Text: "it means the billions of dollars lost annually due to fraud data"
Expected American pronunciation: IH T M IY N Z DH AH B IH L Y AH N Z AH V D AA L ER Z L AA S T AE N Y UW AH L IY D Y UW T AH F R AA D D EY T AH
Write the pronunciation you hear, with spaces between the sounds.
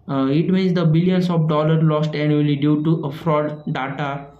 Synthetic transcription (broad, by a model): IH T M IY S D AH B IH L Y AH N S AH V D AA L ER L AA S T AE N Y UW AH L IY D Y UW T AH F R AA D D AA T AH